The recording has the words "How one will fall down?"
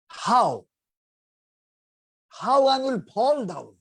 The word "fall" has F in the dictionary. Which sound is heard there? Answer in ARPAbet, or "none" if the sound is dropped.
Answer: P